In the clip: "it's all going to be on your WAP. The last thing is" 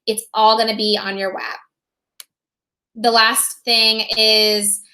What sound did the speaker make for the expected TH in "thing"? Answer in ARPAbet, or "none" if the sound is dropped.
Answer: TH